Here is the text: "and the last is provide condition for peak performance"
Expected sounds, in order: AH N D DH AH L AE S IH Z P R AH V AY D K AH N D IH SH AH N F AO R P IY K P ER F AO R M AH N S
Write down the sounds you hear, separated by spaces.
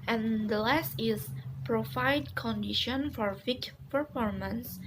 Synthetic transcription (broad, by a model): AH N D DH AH L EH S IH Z P R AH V AY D K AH N D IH SH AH N F AO R F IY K P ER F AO R M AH N S